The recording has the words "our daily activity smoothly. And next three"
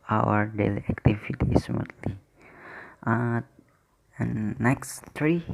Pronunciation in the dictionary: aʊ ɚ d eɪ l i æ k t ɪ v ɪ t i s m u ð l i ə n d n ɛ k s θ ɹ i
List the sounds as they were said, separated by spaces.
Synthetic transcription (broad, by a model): aʊ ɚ d eɪ l i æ k t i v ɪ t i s m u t l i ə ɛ n ɛ k s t ɹ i